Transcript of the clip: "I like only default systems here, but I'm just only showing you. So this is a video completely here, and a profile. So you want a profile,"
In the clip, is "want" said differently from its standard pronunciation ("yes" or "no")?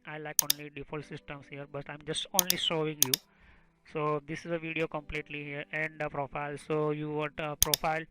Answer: yes